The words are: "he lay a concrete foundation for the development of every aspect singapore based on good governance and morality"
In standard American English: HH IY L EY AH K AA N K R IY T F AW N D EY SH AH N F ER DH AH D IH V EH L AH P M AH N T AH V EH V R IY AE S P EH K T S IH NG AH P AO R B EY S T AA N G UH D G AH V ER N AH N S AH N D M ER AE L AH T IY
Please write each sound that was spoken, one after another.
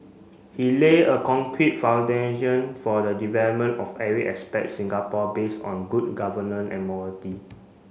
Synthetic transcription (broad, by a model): HH IY L EY AH K AA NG K R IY T F AW N D EY SH AH N F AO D AH D IH V EH L AH P M AH N T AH F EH R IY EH S P EH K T S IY NG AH P AO B EY S AA N G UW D G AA V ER N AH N AH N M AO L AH T IY